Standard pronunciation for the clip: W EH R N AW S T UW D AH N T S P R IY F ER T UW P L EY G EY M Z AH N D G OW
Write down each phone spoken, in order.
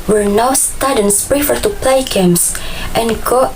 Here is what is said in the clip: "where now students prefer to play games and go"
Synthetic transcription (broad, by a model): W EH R N AW S T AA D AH N S P R IY F ER T UW P L EY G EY M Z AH N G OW